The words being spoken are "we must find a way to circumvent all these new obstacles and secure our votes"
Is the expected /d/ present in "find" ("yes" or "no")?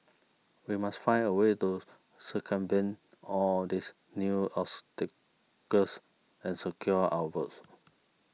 no